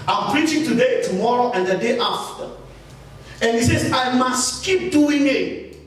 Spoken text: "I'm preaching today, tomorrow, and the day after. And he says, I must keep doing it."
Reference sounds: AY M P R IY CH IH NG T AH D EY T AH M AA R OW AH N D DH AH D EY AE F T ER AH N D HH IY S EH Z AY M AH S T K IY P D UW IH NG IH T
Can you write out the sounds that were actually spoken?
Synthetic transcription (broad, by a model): AY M P R IY CH IH NG T AH D EY T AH M AA R OW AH N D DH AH D EY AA F T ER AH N HH IY S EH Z AY M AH S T K IY P D UW IH NG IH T